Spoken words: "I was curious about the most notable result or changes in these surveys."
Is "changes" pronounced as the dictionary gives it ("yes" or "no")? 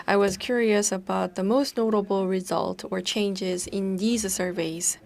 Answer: yes